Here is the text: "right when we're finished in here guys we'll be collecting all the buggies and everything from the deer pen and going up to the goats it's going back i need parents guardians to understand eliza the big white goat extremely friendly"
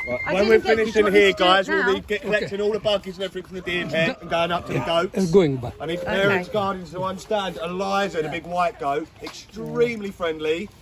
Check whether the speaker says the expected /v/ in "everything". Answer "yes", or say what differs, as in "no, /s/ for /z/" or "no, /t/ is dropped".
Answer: no, /f/ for /v/